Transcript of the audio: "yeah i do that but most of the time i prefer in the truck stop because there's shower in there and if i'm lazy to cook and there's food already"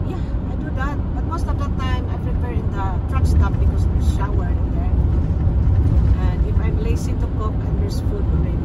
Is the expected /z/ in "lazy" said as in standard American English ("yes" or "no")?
no